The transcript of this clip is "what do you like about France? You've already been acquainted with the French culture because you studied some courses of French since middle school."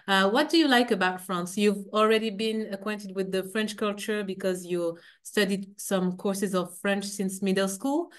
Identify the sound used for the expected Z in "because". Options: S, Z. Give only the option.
Z